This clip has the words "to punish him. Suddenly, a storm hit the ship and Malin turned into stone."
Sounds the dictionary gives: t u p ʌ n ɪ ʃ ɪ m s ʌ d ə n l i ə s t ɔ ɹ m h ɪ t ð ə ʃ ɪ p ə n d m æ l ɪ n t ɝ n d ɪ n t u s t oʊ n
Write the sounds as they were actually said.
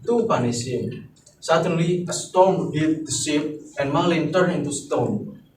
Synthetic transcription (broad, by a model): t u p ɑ n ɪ s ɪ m s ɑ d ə n l i ə s t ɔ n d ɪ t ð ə s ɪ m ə n m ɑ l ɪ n t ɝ n ɪ n t u s t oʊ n